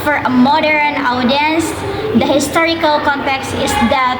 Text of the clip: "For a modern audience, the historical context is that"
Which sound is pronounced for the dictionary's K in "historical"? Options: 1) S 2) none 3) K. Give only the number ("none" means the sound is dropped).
3